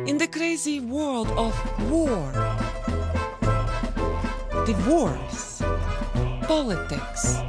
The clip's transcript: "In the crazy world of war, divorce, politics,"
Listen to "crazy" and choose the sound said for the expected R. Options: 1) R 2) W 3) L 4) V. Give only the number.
1